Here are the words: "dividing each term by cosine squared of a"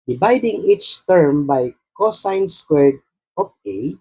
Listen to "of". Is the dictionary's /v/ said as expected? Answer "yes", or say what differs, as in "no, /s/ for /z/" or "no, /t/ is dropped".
no, /p/ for /v/